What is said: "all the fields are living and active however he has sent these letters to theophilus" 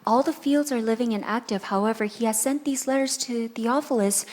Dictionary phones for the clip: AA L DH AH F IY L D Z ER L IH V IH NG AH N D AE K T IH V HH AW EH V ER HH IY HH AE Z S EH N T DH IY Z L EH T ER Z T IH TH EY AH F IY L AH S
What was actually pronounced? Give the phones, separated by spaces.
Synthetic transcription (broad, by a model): AA L DH AH F IY L D Z ER L IH V IH NG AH N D AE K T IH V HH AW EH V ER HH IY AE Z S EH N DH IY Z L EH T ER Z T IH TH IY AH F L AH S